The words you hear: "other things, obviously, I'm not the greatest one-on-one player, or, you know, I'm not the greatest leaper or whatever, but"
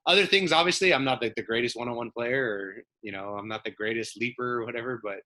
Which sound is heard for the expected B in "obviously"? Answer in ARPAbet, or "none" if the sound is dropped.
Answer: B